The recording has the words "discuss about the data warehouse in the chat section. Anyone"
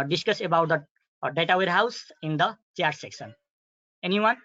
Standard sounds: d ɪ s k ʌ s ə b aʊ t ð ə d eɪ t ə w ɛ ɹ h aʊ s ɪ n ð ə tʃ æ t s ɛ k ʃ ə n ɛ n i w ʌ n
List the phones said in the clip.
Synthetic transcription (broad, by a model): d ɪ s k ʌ s ə b aʊ t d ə d eɪ t ə w ɛ ɹ h aʊ s ɪ n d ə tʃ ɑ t s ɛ k s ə n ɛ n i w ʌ n